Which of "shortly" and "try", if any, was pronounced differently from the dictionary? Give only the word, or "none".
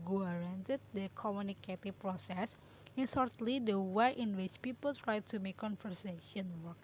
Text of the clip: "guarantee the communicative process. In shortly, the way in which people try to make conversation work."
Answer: shortly